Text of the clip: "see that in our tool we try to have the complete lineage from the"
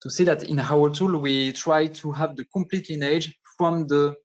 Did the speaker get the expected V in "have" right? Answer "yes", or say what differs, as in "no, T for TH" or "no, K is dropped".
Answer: yes